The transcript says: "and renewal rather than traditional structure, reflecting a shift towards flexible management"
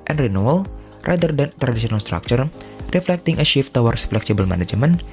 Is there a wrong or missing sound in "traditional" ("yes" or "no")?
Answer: yes